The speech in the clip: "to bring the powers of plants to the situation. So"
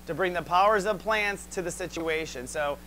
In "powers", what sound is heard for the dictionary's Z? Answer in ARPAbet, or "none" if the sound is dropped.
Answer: Z